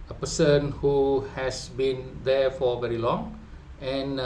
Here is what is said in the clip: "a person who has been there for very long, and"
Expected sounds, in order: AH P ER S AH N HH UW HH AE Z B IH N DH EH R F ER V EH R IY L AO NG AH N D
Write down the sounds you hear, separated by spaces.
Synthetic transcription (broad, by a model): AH P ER S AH N HH UW HH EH S B IH N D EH F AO V EH R IY L AO NG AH N